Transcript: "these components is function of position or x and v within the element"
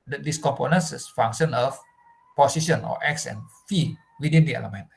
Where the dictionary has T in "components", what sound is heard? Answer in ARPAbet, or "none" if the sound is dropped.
S